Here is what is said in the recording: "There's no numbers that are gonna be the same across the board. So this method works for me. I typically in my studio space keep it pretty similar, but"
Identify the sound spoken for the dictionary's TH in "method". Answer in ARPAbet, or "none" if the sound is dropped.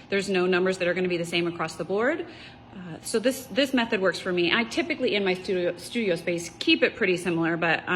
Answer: TH